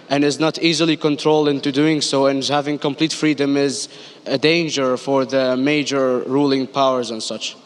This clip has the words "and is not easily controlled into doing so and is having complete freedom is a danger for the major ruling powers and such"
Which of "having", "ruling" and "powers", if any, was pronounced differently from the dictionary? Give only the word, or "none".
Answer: none